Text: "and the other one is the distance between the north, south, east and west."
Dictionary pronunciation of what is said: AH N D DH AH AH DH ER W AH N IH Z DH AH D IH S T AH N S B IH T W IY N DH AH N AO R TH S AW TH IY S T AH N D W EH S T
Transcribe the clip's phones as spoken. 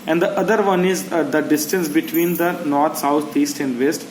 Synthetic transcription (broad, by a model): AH N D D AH AH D ER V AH N IH Z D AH D IH S T AH N S B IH T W IY N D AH N AO R T S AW T IY S T AH N D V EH S T